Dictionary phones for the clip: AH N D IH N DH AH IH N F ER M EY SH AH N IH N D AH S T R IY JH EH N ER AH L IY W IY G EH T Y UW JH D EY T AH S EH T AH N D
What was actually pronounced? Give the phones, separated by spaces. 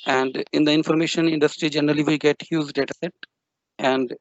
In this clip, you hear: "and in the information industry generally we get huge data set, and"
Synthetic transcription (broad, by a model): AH N D IH N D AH IH N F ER M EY SH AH N IH N D AH S T R IY JH EH N ER AH L IY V IY G EH T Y UW Z D EY T AH S EH T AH N D